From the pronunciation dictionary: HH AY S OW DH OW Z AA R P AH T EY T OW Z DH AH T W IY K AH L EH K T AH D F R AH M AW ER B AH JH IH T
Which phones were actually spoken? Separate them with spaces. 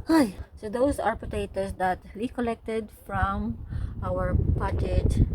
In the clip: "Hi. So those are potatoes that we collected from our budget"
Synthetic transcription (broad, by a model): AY S OW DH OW S AA R P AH T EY T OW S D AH T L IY K AH L EH K T AH D F R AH M AW ER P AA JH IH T